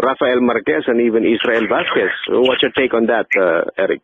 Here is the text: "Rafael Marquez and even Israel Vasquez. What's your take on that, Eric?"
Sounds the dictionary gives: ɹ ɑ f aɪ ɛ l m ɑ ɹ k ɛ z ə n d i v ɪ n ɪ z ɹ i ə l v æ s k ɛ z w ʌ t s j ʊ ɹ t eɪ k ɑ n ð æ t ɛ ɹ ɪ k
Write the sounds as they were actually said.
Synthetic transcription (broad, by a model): ɹ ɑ f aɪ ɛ l m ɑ ɹ k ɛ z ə n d i v ɪ n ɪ s ɹ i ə l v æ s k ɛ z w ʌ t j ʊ t eɪ k ɑ n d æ t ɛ ɹ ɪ k